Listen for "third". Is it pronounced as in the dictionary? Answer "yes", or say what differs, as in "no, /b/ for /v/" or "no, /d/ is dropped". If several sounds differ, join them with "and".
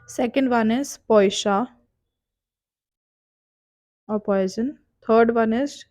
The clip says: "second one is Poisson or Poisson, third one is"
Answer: no, /t/ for /θ/